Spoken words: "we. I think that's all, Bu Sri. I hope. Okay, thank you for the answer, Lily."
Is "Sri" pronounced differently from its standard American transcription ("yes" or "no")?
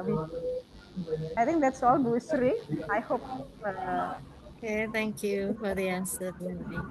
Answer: no